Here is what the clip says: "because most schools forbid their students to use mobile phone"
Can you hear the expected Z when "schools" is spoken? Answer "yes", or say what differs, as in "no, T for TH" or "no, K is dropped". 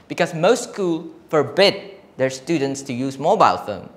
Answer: no, Z is dropped